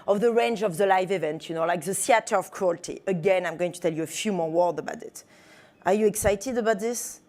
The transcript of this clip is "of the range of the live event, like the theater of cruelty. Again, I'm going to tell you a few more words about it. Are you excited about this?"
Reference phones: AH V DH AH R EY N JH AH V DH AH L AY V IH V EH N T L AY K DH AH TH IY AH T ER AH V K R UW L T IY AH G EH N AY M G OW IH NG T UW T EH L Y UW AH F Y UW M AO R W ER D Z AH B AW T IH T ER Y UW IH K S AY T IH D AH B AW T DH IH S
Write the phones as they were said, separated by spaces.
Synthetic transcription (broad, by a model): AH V DH AH R EY N JH AH V DH AH L AY V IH V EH N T L AY K DH AH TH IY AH T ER AH V K R UW L T IY AH G EH N AY M G OW IH NG T UW T EH L Y UW AH F Y UW M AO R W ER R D AH B AW T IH T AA Y UW IH K S AY T IH D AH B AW T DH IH S